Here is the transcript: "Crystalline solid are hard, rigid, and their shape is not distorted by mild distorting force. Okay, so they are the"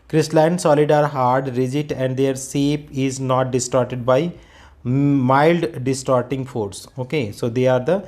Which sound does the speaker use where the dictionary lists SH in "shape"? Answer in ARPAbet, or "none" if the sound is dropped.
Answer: S